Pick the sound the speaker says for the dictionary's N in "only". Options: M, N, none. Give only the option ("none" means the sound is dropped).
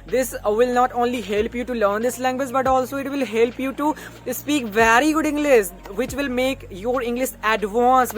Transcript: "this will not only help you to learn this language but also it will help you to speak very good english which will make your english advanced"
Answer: N